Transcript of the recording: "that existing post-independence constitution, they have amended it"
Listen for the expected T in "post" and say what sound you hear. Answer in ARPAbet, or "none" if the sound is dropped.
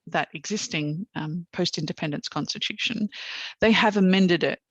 T